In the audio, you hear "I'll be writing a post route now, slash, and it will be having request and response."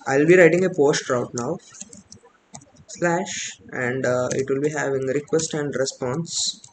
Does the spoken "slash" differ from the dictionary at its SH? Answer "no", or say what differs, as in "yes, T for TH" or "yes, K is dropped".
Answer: no